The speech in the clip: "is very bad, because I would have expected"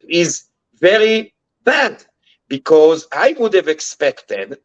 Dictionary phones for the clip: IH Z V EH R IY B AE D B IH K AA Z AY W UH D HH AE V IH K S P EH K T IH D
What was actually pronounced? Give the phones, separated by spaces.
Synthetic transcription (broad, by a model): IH Z V EH R IY B AE D B IH K AA Z AY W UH D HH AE V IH K S P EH K T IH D